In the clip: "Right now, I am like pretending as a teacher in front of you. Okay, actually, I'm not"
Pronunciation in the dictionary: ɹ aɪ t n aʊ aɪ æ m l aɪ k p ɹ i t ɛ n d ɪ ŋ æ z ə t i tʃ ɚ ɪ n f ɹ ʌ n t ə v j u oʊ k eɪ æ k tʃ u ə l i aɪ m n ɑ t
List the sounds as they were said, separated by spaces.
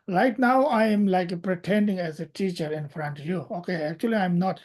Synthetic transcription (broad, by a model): ɹ aɪ t n aʊ aɪ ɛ m l aɪ k p ɹ i t ɛ n d ɪ ŋ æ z ə t i tʃ ɚ ɪ n f ɹ ʌ n t ə v j u oʊ k eɪ æ k tʃ u ə l i aɪ m n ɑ t